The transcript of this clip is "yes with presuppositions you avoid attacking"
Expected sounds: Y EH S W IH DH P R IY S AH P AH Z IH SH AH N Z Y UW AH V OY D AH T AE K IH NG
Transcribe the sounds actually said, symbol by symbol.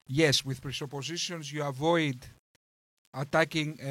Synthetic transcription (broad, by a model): Y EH S W IH DH P R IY S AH P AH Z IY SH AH N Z Y UW AH V OY D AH T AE K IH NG